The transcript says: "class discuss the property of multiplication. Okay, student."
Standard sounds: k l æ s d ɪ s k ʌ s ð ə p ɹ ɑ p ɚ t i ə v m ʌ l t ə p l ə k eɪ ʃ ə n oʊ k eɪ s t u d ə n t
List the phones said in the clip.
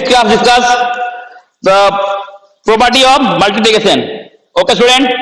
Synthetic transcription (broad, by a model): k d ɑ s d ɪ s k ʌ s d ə p ɹ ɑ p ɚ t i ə m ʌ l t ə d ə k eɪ s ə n oʊ k eɪ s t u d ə n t